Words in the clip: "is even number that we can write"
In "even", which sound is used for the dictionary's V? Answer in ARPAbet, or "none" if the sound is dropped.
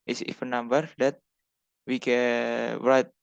F